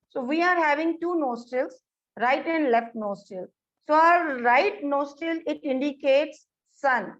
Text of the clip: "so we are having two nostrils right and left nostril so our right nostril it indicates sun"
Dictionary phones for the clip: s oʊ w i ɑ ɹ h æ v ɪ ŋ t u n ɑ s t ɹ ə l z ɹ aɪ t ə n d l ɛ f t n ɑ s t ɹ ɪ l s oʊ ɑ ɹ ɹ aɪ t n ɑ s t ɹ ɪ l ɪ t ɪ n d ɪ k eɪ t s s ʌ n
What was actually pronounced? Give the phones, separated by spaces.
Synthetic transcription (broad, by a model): s oʊ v i ɑ ɹ h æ v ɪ ŋ t u n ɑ s t ə l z ɹ aɪ t ə n d l ɛ f t n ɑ s t ɪ l s oʊ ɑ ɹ ɹ aɪ t n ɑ s t ɪ l ɪ t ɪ n d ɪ k eɪ t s s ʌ n